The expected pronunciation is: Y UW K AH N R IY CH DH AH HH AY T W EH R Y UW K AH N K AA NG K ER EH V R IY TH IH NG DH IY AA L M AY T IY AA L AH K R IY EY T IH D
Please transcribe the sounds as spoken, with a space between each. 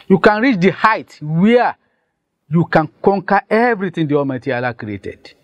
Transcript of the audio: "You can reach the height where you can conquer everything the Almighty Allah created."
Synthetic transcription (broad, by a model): Y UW K AH N R IY CH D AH HH AY T W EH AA Y UW K AH N K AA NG K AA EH V R IY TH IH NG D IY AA M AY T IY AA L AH K R IY EY T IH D